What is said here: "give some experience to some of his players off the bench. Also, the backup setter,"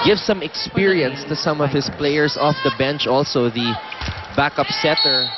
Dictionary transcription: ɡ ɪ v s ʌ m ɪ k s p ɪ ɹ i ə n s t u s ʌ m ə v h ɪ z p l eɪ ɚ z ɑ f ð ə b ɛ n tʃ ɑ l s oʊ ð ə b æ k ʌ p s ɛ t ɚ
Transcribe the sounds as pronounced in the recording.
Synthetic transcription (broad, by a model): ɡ ɪ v s ʌ m ɪ k s p ɪ ɹ i ə n s t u s ʌ m ə v h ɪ s p l eɪ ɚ s ɑ f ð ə b ɛ n tʃ ɑ l s oʊ ð ə b æ k ʌ p s ɛ t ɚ